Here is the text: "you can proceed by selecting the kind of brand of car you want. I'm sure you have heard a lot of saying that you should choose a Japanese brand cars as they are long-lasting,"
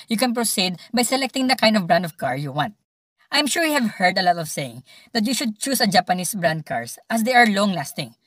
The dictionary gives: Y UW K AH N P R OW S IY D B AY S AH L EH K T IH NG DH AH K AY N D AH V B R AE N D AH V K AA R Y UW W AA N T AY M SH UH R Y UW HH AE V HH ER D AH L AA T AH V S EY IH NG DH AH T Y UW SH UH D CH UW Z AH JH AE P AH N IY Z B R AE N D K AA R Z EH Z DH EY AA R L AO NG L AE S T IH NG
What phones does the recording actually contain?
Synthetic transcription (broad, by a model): Y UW K AH N P R OW S IY D B AY S AH L EH K T IH NG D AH K AY N D AH V B R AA N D AH V K AA R Y UW W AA N T AY M SH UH R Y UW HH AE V HH ER D AH L AA T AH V S EY IH NG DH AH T Y UW SH UH D CH UW S AH JH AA P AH N IY S B R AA N D K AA R S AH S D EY AA R L AO NG L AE S T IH NG